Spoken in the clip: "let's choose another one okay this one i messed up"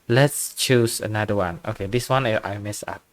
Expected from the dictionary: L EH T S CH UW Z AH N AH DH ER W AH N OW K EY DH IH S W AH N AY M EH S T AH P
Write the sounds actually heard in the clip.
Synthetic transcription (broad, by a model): L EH T S CH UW S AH N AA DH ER W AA N OW K EY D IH S W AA N AY M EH S AH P